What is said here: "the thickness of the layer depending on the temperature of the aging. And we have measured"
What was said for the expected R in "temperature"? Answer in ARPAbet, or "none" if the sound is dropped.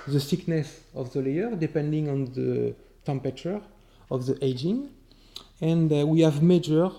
none